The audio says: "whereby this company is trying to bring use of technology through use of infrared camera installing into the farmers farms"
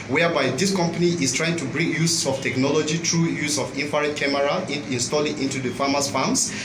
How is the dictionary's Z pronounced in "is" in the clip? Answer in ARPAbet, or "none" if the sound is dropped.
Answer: S